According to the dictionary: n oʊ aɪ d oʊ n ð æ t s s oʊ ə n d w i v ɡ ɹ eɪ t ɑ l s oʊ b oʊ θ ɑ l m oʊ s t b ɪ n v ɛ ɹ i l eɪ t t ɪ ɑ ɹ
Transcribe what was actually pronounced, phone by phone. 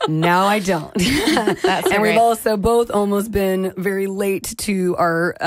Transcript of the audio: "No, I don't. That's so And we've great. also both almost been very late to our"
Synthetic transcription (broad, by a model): n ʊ aɪ d oʊ n t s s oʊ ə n w i v ɑ l s oʊ b oʊ θ ɑ l m oʊ s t b ɪ n v ɛ ɹ i l eɪ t t ɪ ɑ ɹ